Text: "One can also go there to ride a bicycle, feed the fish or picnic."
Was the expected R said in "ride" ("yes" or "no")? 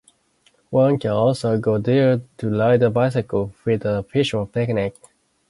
no